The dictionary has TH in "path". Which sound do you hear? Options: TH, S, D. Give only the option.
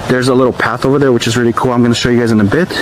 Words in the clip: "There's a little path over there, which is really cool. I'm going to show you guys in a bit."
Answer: TH